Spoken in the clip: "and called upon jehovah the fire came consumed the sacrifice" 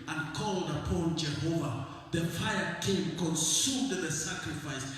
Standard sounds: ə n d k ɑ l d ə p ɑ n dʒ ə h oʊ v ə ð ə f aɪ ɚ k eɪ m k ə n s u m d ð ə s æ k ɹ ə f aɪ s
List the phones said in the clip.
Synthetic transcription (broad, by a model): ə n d k ɑ l d ə p ɑ n dʒ ə h oʊ v ə ð ə f aɪ ɚ k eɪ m k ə n s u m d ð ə s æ k ɹ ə f aɪ s